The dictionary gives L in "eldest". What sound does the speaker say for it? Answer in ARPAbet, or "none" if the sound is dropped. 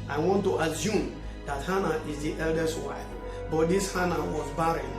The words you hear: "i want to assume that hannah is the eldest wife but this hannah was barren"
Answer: L